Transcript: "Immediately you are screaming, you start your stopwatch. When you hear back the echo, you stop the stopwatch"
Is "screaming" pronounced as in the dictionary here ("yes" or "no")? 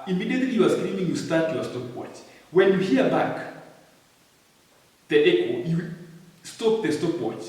no